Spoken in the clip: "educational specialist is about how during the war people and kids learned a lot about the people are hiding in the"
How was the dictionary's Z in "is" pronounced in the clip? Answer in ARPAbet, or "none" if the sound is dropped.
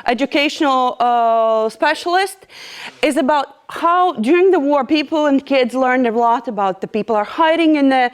Z